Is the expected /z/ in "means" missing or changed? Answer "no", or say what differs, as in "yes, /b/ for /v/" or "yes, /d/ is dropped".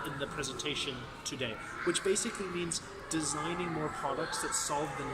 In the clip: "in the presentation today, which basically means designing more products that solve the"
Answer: no